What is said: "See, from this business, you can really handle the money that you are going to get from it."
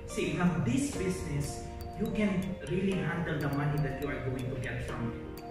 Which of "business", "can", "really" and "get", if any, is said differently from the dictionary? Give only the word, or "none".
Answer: business